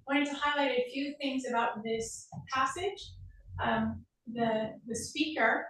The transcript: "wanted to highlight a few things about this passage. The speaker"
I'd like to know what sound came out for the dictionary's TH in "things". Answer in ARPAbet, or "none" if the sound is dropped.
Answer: TH